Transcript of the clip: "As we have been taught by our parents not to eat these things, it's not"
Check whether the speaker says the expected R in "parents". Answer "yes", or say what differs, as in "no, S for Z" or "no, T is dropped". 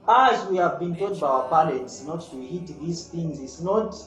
no, L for R